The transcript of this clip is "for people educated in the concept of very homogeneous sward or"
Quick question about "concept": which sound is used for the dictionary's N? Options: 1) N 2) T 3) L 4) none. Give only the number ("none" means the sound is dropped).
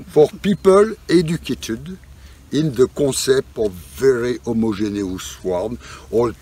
4